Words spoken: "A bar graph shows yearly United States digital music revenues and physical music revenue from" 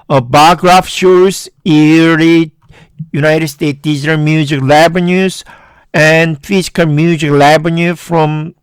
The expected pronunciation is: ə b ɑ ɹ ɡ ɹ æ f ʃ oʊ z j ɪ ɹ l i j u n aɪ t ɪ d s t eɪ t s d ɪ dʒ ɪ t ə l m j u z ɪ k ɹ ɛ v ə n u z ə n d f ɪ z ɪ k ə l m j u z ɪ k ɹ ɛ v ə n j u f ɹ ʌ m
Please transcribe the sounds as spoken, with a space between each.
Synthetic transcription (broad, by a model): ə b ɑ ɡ ɹ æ f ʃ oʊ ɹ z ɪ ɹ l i j u n aɪ t ɪ d s t eɪ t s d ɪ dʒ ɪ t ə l m j u z ɪ k l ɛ b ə n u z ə n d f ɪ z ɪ k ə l m j u z ɪ k l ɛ b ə n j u f ɹ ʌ m